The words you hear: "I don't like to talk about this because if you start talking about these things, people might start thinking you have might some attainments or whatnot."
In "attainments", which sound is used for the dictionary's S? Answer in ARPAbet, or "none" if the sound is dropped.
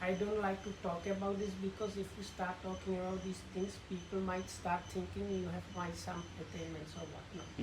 S